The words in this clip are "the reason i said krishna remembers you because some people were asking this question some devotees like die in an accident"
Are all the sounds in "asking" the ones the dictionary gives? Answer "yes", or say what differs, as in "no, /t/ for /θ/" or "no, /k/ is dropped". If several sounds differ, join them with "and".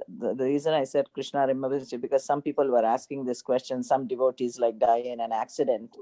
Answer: yes